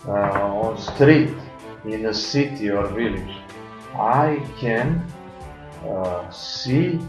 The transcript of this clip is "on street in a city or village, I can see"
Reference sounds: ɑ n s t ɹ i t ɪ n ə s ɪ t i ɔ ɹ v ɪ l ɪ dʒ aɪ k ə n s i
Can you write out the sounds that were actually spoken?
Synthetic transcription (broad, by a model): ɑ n s t ɹ i t ɪ n ə s ɪ t i ɔ ɹ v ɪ l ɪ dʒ aɪ k ə n s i